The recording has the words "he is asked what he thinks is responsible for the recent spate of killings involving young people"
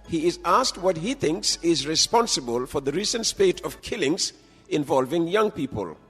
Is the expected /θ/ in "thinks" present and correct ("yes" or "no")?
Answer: yes